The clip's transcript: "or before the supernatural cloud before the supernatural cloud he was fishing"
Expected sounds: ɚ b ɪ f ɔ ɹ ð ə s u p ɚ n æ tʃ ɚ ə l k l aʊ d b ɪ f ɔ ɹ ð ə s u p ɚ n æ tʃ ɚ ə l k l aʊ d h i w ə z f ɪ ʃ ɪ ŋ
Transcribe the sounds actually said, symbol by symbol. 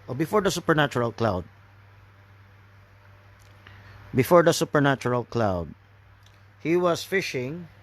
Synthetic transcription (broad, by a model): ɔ b ɪ f ɔ ɹ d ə s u p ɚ n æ tʃ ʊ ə l k l aʊ d b ɪ f ɔ ɹ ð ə s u p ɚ n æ tʃ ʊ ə l k l aʊ d h i w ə s f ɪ ʃ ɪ ŋ